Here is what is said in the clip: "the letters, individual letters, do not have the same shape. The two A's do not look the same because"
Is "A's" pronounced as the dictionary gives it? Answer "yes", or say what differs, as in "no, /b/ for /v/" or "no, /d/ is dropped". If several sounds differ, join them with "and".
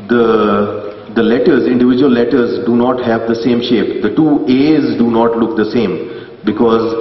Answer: yes